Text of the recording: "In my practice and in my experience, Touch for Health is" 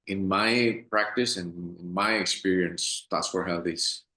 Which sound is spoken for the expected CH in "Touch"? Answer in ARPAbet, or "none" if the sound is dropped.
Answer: S